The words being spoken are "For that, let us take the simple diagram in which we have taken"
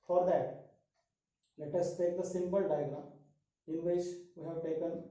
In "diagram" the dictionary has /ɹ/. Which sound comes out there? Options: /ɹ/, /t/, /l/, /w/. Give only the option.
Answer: /l/